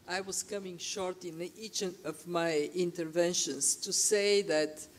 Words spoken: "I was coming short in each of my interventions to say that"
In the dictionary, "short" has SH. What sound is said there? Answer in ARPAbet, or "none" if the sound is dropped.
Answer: SH